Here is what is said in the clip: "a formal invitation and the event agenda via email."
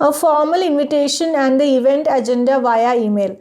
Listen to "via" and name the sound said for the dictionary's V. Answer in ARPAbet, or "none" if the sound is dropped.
V